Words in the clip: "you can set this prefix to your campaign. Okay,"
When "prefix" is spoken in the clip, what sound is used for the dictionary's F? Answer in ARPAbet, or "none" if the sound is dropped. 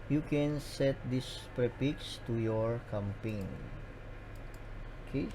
P